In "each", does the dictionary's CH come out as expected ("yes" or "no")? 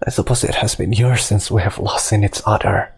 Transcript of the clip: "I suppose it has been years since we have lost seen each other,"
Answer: no